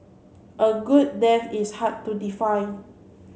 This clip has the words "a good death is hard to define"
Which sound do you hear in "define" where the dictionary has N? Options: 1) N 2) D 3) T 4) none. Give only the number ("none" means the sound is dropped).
4